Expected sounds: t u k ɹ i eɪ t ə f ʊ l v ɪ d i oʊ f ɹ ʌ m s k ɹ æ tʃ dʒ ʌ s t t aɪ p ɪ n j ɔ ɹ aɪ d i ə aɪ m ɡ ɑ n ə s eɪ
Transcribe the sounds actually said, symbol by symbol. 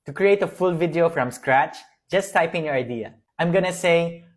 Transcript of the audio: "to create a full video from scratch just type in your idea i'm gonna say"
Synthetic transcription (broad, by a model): t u k ɹ i eɪ t ə f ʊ l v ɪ d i oʊ f ɹ ʌ m s k ɹ æ tʃ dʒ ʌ s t t aɪ p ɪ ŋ j ɔ ɹ aɪ d i ə aɪ m ɡ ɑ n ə s eɪ